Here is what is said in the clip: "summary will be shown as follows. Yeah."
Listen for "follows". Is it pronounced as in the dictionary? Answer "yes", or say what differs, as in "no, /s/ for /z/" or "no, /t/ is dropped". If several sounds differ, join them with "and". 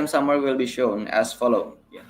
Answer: no, /z/ is dropped